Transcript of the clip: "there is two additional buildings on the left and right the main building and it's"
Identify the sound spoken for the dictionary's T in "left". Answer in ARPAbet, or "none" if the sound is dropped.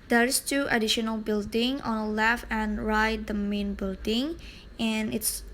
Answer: none